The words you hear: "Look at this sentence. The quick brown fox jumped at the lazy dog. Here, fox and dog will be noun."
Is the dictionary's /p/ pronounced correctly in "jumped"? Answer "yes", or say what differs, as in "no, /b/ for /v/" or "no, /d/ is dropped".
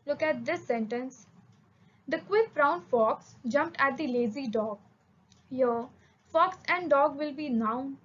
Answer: yes